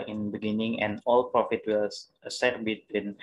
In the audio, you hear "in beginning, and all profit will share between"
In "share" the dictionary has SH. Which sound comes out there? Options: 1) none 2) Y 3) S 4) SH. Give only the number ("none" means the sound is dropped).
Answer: 3